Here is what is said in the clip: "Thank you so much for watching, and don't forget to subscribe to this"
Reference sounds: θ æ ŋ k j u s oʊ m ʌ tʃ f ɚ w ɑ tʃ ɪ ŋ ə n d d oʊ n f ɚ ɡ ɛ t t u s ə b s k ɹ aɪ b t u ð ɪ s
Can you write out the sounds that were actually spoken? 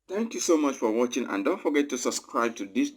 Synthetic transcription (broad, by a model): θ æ ŋ k j u s oʊ m ʌ tʃ f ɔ w ɑ tʃ ɪ ŋ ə n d d oʊ n f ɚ ɡ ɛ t t u s ə b s k ɹ aɪ b t u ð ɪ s